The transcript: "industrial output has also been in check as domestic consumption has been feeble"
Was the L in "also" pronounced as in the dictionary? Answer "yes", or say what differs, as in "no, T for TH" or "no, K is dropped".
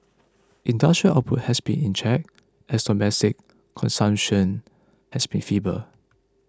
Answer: no, L is dropped